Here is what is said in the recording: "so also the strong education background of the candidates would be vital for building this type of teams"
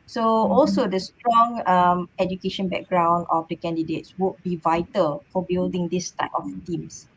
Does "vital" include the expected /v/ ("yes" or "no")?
yes